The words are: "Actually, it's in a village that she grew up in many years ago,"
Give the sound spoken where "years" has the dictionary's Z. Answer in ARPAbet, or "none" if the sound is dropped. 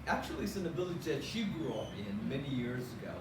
Z